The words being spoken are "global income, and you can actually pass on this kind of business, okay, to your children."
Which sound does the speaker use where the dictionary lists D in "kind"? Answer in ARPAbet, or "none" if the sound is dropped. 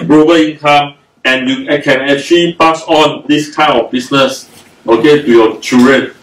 none